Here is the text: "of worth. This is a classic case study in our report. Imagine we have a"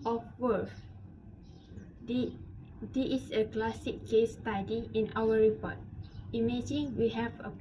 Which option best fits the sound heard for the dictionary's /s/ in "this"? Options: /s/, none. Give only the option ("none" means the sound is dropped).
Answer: none